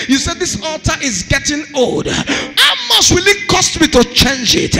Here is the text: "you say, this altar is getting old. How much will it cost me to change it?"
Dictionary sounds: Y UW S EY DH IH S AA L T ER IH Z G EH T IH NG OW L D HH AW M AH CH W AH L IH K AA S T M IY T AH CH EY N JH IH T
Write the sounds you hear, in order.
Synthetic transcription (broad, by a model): Y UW S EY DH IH S AA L T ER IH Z G EH T IH NG OW L D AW M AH S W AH L IH K AA S T M IY T AH CH EY N JH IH T